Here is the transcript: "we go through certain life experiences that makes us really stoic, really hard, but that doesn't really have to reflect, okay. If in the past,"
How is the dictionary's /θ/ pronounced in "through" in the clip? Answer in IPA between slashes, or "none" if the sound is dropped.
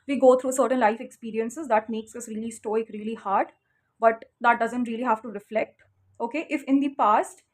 /t/